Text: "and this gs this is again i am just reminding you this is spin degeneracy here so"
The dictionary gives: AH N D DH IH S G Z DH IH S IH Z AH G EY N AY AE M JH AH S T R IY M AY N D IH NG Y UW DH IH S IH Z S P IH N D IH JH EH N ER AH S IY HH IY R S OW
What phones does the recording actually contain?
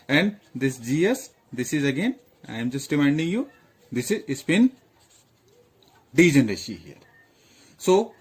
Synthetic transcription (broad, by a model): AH N D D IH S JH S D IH S IH Z AH G EY N AY M JH AH S T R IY M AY N D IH NG Y UW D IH S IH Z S B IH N D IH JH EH N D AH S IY HH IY R S OW